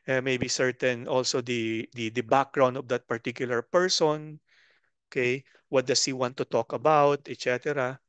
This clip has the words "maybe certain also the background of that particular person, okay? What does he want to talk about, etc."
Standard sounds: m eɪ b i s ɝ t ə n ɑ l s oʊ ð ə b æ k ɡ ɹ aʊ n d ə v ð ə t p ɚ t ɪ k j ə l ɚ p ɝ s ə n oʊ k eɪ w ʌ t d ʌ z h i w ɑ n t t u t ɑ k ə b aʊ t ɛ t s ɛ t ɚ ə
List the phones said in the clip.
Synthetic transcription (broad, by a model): m eɪ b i s ɝ t ə n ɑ l s oʊ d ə b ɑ k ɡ ɹ aʊ n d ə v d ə t p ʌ t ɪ k j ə l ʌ p ɝ s ə n oʊ k eɪ w ʌ t d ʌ s h i w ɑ n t t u t ɑ k ə b aʊ t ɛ t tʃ ɛ t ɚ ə